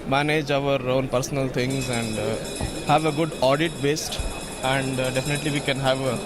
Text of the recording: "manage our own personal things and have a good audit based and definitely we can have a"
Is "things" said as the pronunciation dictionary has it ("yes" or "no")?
no